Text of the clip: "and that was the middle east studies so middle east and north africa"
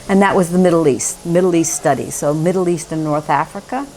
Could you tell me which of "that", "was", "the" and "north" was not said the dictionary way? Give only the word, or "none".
none